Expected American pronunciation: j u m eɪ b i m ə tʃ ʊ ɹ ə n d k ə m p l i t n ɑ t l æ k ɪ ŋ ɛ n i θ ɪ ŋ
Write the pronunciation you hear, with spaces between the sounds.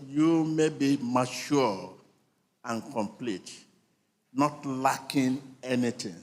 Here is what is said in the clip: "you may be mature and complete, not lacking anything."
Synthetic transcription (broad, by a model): j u m eɪ b i m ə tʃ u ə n k ə m p l i t n ɑ t l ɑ k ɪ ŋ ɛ n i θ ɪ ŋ